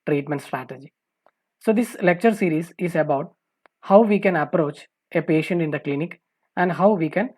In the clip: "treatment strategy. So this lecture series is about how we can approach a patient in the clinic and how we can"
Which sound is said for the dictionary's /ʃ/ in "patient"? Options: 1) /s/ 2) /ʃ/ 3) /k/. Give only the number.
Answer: 2